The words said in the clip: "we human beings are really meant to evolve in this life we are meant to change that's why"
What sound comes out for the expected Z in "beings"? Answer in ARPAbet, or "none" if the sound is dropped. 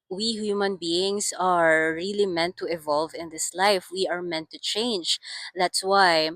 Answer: S